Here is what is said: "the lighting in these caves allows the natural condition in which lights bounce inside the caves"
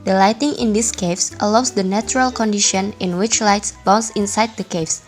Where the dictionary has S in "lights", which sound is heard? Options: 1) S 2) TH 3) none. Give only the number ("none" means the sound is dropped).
1